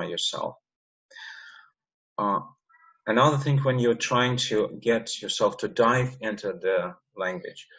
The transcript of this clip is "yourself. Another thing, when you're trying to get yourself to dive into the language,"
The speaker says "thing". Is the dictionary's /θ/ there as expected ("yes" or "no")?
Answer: yes